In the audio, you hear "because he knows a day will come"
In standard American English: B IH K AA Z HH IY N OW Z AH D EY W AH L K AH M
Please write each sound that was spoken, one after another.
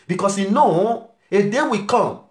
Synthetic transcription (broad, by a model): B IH K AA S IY N OW AH D EY W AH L K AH M